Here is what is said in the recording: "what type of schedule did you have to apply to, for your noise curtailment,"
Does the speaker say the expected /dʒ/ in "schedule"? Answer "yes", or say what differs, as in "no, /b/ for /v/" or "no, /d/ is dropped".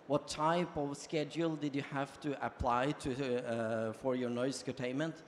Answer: yes